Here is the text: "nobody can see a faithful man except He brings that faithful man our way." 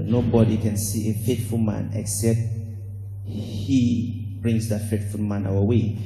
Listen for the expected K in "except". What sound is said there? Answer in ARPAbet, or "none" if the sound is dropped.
K